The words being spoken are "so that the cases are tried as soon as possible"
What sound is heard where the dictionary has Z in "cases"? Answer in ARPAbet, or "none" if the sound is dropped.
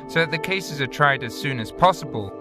Z